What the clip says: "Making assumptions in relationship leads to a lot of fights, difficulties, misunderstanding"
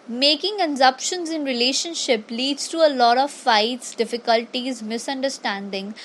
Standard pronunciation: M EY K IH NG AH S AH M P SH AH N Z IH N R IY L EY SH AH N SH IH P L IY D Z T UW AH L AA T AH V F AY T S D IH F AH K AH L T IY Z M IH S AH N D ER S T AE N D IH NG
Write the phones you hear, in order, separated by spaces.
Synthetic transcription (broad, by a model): M EY K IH NG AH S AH P SH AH N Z IH N R IY L EY SH AH N SH IH P L IY D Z T UW AH L AA T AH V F AY T S D IH F AH K AH L T IY Z M IH S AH N D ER S T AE N D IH NG